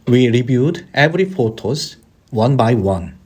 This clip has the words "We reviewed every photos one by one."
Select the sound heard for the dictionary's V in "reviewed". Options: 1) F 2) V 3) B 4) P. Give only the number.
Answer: 3